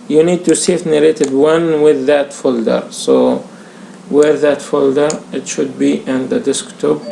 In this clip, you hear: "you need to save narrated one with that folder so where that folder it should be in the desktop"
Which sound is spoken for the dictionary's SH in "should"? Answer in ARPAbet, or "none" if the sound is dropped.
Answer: SH